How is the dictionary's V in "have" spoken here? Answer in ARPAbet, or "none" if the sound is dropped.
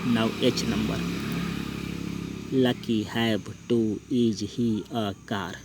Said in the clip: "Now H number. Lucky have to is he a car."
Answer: B